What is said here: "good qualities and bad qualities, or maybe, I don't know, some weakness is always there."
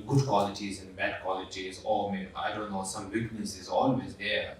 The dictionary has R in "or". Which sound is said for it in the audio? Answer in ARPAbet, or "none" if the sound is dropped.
L